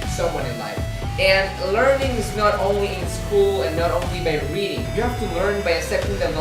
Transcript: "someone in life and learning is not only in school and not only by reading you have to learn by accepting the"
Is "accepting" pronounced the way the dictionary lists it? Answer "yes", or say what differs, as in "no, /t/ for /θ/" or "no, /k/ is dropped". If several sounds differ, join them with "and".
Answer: no, /k/ is dropped